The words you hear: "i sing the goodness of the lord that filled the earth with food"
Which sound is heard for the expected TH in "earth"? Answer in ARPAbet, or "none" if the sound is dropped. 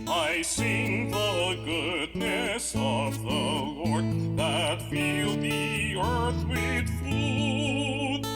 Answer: TH